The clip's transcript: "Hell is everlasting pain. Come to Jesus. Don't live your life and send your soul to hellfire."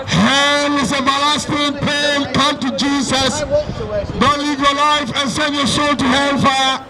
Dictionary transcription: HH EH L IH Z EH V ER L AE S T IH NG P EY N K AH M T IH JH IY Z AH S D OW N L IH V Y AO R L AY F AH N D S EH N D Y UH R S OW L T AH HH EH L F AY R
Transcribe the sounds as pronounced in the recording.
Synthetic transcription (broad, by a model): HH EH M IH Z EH B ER L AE S T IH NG P EY N K AH M T IH JH IY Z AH S D OW N L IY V Y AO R L AY F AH N S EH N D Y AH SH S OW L T AH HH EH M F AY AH